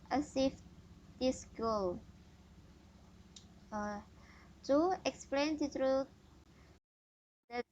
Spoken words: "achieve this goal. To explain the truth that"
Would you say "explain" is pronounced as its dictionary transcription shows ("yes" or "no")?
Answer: yes